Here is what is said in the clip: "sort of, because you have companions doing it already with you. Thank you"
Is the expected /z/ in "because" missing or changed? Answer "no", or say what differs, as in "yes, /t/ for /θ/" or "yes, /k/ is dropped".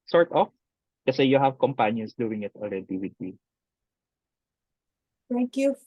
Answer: yes, /z/ is dropped